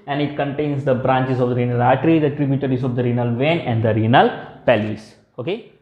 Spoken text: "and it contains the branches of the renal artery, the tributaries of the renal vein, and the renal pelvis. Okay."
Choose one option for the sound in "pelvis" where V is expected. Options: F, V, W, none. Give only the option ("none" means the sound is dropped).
none